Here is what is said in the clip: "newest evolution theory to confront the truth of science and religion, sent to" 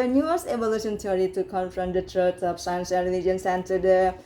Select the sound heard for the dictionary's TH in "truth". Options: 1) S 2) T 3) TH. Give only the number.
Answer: 2